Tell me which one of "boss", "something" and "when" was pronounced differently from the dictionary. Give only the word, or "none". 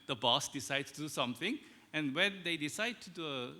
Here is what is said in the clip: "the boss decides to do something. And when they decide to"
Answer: none